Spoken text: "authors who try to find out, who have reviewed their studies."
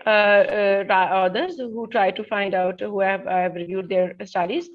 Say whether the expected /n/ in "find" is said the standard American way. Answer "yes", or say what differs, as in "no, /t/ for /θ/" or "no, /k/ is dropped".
yes